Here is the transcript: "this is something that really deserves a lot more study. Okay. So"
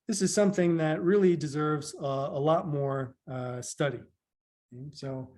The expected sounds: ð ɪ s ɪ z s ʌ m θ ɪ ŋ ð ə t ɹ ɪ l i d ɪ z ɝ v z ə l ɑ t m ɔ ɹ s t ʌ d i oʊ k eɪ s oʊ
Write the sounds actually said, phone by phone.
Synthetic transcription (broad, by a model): ð ɪ s ɪ z s ʌ m θ ɪ ŋ ð ə t ɹ ɪ l i d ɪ z ɝ v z ə l ɑ t m ɔ ɹ s t ʌ d i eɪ s oʊ